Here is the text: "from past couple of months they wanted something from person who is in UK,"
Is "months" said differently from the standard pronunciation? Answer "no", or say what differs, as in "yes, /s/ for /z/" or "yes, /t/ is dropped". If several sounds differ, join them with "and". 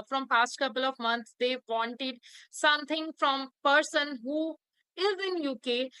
yes, /t/ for /θ/